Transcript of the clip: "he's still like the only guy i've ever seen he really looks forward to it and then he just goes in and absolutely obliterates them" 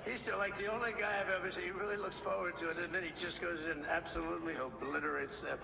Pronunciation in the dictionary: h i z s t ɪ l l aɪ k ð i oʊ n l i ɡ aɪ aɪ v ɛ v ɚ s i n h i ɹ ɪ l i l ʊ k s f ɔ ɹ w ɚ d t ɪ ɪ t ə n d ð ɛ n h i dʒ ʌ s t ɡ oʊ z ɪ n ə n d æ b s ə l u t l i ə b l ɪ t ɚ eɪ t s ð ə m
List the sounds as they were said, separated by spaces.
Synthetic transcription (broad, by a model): h i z s t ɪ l l aɪ k ð i oʊ n l i ɡ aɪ aɪ v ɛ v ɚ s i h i ɹ ɪ l i l ʊ k s f ɔ ɹ w ɚ d t ɪ ɪ t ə n ð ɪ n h i dʒ ʌ s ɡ oʊ ɪ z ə n æ b s ə l u t l i ə b l ɪ t ɚ eɪ t s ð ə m